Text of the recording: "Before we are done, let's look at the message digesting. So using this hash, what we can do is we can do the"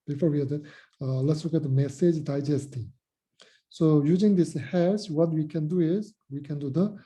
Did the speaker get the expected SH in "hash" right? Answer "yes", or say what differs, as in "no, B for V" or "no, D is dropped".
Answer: no, S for SH